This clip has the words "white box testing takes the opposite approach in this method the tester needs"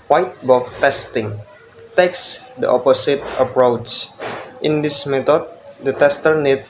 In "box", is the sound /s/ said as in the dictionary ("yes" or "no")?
no